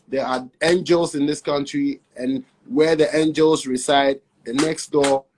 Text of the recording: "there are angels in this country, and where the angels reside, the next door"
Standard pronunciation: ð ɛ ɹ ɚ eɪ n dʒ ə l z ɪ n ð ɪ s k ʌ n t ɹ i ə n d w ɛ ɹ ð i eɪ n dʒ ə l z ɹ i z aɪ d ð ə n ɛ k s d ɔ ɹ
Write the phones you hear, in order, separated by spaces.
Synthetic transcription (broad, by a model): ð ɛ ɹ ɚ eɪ n dʒ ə l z ɪ n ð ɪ s k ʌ n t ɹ i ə n w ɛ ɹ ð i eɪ n dʒ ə l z ɹ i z aɪ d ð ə n ɛ k s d ɔ